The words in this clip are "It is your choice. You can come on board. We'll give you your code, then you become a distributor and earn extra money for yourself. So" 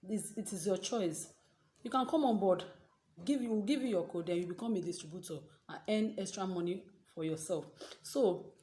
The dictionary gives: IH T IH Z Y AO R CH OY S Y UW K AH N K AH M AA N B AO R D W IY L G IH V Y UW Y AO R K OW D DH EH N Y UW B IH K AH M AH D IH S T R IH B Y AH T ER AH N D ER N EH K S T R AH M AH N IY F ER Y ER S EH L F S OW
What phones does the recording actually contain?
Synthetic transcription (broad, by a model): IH T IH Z Y AO CH OY S Y UW K AH N K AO M AA N B AO D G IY W G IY V Y UW Y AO K OW D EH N Y UW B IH K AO M AH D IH S T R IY B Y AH T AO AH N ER N EH K S T R AH M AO N IY F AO Y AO S EH L F S OW